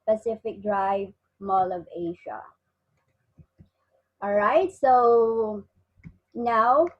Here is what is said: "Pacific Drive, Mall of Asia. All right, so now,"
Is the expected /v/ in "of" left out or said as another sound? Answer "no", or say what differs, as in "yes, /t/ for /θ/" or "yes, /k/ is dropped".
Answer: no